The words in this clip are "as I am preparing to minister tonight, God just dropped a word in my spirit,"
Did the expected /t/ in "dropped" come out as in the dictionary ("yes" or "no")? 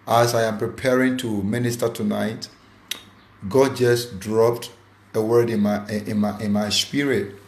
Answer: yes